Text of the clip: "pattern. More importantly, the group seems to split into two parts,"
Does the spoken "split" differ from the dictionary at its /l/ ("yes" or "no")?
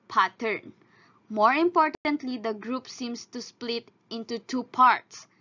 no